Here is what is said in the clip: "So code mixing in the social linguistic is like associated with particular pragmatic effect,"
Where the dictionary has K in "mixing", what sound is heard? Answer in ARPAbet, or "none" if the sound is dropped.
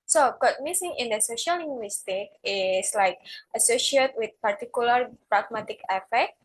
none